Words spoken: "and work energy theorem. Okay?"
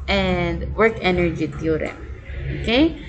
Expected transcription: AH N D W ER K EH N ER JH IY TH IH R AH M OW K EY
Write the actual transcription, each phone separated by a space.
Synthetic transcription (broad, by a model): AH N D W ER K EH N ER JH IY T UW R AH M OW K EY